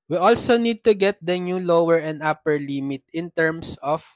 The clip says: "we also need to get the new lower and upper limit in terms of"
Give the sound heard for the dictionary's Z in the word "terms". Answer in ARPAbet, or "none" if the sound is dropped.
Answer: S